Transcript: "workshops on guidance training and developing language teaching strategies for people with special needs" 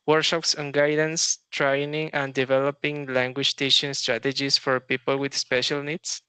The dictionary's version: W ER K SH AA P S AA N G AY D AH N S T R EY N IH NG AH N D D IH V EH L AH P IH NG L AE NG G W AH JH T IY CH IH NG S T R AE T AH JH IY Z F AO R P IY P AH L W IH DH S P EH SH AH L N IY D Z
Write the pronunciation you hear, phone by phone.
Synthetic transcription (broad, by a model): W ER K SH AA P S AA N G AY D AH N S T R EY N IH NG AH N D D IH V EH L AH P IH NG L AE NG G W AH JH T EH SH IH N S T R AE T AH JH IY S F AO R P IY P AH L W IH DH S P EH SH AH L N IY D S